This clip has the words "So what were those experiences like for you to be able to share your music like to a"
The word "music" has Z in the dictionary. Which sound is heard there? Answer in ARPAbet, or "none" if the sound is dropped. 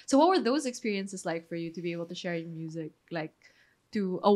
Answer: Z